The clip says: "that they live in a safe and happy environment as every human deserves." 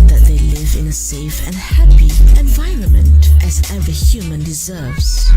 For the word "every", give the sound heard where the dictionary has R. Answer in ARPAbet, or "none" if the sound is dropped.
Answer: none